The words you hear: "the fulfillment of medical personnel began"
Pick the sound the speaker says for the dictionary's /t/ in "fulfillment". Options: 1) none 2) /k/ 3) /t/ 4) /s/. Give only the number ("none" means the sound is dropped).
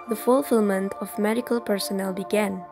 3